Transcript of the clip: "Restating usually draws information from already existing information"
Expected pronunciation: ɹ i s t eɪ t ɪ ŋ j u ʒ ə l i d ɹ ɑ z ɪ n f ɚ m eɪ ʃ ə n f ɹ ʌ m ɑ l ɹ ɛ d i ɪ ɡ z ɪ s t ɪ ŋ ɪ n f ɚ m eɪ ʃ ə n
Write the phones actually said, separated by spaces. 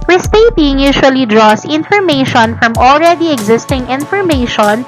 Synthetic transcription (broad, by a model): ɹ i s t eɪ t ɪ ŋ j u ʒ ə l i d ɹ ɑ s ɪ n f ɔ m eɪ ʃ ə n f ɹ ʌ m ɑ l ɹ ɛ d i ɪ ɡ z ɪ s t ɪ ŋ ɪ n f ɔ m eɪ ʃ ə n